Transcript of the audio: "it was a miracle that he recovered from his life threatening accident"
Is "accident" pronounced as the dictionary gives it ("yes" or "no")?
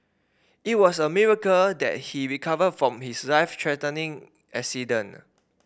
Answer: no